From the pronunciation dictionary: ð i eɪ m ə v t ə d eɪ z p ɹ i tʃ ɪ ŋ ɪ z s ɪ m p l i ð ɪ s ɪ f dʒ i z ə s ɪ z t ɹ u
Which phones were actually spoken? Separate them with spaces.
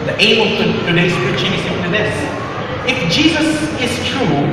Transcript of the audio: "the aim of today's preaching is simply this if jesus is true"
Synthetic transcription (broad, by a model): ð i eɪ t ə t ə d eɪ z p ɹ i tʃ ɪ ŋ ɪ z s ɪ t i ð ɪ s ɪ f dʒ i z ə s ɪ z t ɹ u